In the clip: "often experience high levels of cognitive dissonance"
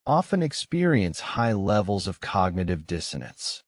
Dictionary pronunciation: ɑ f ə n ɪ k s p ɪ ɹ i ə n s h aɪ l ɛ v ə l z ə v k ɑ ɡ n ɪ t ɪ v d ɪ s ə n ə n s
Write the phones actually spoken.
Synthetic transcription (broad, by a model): ɑ f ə n ɪ k s p ɪ ɹ i ə n s h aɪ l ɛ v l z ə v k ɑ ɡ n ɪ t ɪ v d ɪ s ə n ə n s